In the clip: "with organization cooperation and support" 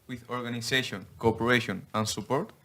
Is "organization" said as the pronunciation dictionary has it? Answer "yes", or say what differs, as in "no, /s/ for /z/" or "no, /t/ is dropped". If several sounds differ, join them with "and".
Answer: no, /s/ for /z/